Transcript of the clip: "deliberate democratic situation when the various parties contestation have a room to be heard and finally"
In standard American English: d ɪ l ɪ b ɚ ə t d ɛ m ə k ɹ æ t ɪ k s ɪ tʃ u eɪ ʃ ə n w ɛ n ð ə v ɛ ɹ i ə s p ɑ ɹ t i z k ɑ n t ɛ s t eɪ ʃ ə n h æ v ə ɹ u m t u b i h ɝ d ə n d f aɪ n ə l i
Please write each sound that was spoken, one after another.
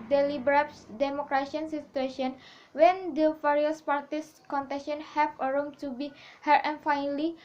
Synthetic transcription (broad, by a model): d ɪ l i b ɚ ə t d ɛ m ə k ɹ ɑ s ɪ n s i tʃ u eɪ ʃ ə n w ɛ n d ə f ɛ ɹ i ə s p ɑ ɹ t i s k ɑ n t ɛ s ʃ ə n h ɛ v ə ɹ u m t u b i h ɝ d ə n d f aɪ n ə l i